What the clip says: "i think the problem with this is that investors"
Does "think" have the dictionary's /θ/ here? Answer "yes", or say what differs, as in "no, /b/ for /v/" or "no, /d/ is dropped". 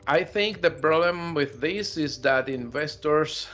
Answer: yes